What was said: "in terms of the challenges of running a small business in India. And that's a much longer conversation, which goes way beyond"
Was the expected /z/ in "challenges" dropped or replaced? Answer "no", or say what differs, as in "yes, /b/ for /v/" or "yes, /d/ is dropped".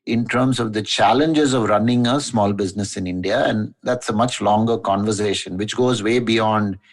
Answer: no